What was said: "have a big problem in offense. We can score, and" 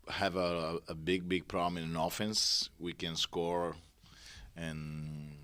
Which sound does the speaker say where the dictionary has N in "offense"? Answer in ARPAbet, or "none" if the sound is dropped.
N